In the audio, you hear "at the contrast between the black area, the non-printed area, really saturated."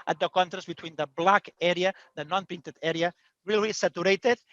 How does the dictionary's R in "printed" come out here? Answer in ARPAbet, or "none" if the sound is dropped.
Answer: none